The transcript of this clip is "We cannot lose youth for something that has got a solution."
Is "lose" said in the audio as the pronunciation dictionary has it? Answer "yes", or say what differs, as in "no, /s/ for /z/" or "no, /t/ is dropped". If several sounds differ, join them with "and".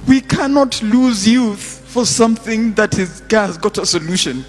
yes